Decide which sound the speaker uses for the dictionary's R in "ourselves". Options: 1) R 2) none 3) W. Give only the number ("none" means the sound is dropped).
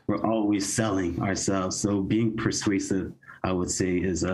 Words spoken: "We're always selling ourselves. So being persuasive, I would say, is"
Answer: 1